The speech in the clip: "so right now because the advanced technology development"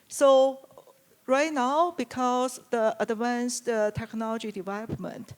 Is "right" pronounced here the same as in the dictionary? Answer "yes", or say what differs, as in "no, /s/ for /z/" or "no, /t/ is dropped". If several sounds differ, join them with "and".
yes